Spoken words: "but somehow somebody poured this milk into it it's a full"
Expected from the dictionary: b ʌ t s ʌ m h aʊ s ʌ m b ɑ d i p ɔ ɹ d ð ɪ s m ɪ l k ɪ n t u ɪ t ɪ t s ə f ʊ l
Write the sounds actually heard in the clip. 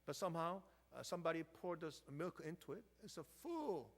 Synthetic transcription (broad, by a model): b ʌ t s ʌ m h aʊ s ʌ m b ɑ d i p ɔ ɹ d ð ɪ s m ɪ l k ɪ n t u ɪ t ɪ t s ə f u l